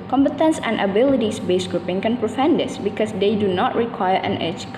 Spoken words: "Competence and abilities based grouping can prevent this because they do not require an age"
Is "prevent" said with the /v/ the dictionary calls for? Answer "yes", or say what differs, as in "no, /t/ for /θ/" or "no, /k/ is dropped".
no, /f/ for /v/